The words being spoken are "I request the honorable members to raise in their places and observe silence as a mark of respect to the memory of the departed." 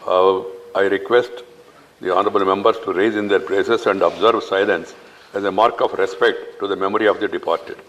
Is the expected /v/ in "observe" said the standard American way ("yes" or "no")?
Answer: yes